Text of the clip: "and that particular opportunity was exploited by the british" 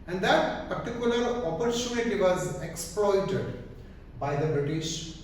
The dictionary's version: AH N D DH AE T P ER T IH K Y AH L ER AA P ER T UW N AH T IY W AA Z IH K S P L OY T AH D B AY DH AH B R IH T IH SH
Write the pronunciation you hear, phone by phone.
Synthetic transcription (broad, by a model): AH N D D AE T P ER T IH K Y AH L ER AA P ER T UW N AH T IY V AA Z IH K S P L OY T AH D B AY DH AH B R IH T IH SH